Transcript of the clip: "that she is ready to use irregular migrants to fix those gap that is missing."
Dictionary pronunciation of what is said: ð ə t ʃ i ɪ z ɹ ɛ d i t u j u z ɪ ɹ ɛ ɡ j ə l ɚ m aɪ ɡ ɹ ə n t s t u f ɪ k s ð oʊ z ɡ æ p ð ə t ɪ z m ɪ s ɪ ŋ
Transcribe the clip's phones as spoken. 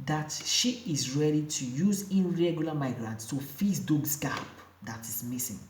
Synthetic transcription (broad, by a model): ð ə t ʃ i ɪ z ɹ ɛ d i t u j u z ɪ ɹ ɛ ɡ j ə l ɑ m aɪ ɡ ɹ ə n t s t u f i s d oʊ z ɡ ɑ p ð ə t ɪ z m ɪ s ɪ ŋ